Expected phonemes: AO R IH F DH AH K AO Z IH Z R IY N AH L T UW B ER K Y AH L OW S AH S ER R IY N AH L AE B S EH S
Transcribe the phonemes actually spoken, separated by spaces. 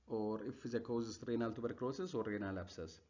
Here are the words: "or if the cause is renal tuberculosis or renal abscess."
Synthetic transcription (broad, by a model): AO R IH F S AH K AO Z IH S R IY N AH L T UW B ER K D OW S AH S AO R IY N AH L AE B S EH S